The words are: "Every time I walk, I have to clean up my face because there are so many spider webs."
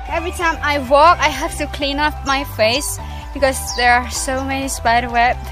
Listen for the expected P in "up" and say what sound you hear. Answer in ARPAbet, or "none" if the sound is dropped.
F